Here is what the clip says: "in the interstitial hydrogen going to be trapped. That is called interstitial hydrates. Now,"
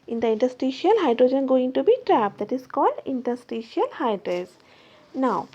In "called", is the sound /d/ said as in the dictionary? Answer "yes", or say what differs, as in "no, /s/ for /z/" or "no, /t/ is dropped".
yes